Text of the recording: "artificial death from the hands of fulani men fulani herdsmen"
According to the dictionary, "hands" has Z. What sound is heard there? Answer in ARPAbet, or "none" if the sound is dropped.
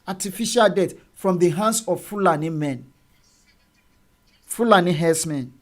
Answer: S